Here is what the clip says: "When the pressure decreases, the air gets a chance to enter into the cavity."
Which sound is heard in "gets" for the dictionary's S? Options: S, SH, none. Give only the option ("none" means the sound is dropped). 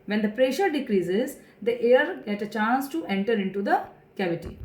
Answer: none